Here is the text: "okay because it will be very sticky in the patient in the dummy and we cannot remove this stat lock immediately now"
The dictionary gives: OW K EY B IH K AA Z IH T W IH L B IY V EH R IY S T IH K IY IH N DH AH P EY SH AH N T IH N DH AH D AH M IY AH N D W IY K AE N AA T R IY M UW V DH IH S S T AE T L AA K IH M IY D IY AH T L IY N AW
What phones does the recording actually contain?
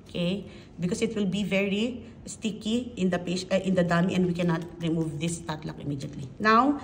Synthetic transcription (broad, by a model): K EY B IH K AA S IH T W IH L B IY V EH R IY S T IH K IY IH N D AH P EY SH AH T IH N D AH D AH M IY AH N D W IY K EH N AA T R IY M UW V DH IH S S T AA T L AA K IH M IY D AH T L IY N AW